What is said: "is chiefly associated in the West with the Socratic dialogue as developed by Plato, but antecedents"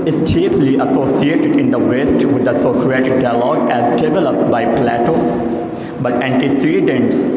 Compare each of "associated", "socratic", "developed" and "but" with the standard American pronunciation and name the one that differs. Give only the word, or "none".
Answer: none